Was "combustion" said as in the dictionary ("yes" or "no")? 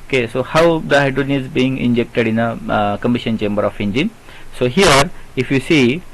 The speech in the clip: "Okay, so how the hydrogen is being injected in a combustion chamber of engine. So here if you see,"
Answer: no